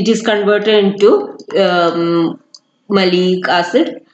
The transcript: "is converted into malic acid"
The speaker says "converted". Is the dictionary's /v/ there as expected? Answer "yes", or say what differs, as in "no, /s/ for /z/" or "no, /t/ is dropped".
yes